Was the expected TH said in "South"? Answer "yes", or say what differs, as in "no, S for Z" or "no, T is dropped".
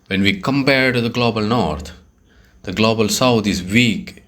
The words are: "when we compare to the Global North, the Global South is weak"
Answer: no, T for TH